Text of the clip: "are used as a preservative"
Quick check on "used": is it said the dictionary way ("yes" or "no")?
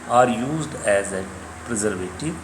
yes